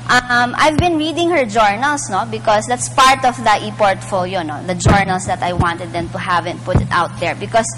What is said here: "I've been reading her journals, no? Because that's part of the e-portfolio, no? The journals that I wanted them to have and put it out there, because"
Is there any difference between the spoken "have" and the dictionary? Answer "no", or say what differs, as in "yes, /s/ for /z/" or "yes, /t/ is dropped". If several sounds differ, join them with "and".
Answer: no